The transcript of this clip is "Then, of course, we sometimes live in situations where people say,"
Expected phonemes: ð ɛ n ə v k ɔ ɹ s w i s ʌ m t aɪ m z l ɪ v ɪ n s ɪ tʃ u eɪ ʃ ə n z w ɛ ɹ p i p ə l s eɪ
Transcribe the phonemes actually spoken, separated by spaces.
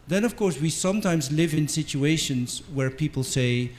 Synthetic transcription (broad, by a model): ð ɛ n ə v k ɔ ɹ s w i s ʌ m t aɪ m z l ɪ v ɪ n s ɪ tʃ u eɪ ʃ ə n z w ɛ ɹ p i p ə l s eɪ